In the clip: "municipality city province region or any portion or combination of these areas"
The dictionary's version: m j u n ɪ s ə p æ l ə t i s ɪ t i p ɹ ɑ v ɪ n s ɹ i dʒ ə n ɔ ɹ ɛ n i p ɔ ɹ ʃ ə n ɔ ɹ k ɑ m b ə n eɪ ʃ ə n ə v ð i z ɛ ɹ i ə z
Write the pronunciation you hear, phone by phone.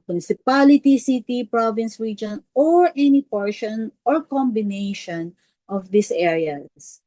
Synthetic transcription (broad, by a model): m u n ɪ s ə p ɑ l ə t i s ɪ t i p ɹ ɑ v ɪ n s ɹ i dʒ ə n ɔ ɹ ɛ n i p ɔ ɹ ʃ ə n ɔ ɹ k ɑ m b ə n eɪ ʃ ə n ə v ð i s ɛ ɹ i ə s